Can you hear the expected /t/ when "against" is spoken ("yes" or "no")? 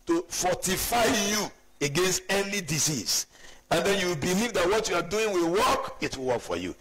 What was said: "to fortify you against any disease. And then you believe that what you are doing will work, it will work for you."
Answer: yes